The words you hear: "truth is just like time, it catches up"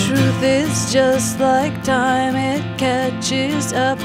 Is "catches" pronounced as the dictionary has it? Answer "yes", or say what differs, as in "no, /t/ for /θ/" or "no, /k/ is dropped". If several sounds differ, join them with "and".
yes